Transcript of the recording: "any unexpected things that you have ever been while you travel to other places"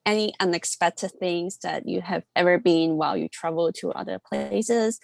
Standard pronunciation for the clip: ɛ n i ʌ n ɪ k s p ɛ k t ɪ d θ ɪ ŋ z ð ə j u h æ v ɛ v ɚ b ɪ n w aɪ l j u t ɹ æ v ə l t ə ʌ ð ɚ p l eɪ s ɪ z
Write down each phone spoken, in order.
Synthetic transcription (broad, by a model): ɛ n i ʌ n ɪ k s p ɛ k t ɪ d θ ɪ ŋ z ð ə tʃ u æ v ɛ v ɚ b ɪ n w aɪ l j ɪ t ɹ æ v l t ə ʌ ð ɚ p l eɪ s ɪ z